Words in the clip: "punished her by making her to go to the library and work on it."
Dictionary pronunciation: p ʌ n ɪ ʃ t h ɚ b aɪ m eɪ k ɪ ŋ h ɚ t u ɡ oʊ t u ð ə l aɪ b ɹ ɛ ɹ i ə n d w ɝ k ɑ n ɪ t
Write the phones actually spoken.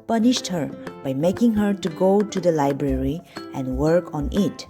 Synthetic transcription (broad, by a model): p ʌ n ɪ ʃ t h ɚ b aɪ m eɪ k ɪ ŋ h ɚ t u ɡ oʊ t u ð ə l aɪ b ɹ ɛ ɹ i ə n d w ɝ k ɑ n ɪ t